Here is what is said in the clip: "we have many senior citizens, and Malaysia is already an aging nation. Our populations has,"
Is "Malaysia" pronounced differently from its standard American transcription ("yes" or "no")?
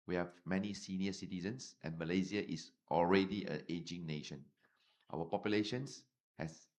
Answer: yes